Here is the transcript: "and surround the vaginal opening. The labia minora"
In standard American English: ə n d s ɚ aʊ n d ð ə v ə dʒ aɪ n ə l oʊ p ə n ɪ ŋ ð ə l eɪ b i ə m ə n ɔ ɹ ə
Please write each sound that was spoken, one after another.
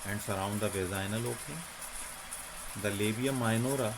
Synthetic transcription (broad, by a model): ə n d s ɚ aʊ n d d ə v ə z aɪ n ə l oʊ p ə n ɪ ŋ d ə l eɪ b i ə m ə n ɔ ɹ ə